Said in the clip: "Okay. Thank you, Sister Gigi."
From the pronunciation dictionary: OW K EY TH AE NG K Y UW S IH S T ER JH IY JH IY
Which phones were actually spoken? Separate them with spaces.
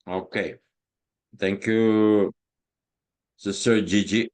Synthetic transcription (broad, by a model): OW K EY T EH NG K Y UW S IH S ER JH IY JH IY